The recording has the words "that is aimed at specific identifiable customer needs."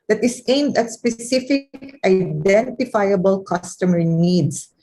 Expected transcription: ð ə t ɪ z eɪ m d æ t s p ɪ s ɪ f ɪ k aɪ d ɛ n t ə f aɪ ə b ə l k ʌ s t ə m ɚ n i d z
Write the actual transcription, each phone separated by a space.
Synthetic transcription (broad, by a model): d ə t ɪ s eɪ m d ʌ t s p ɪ s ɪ f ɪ k aɪ d ɛ n t ə f aɪ ə b ə l k ʌ s t ə m ɚ n i d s